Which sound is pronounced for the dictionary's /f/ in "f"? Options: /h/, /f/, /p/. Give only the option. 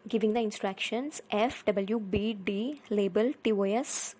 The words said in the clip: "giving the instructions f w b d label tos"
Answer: /f/